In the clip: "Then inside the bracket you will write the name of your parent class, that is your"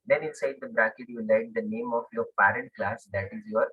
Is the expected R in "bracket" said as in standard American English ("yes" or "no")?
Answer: yes